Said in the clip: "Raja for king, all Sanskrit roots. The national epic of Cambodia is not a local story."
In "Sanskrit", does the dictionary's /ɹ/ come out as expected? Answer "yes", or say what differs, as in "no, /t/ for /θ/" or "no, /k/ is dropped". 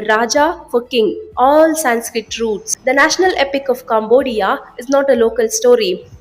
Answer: yes